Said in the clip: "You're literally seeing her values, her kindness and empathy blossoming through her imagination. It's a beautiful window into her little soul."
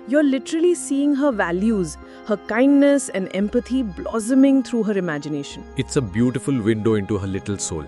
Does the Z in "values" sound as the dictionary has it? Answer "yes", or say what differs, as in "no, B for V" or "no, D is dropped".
yes